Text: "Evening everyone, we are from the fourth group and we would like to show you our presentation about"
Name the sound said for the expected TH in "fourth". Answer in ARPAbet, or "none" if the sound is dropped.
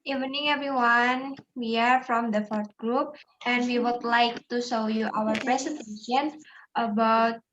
T